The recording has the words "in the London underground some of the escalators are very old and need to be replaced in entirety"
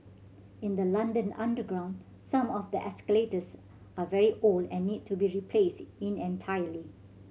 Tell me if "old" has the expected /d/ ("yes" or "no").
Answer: no